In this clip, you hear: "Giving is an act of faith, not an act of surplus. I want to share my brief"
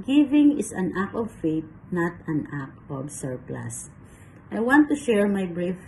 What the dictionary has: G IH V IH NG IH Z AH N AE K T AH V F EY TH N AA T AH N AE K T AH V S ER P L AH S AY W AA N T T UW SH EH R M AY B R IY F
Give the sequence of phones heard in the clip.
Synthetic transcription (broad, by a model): G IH V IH NG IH S AH N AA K AH V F EY T N AA T AH N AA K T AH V S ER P L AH S AY W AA N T T UW SH EH R M AY B R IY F